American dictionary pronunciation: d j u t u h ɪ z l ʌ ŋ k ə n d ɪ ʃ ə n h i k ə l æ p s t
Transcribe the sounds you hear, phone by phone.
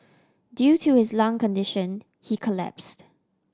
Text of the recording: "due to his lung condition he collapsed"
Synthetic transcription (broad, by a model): d j u t u h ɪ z l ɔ ŋ k ə n d ɪ ʃ ə n h i k ə l æ p s t